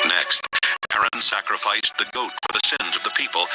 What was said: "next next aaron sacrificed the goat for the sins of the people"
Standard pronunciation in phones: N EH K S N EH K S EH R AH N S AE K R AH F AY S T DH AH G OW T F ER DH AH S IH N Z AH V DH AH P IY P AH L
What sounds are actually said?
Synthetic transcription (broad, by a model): N EH K S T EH EH R AH N S AE K R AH F AY S DH AH G OW T F ER DH AH S IH N Z AH V DH AH P IY P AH L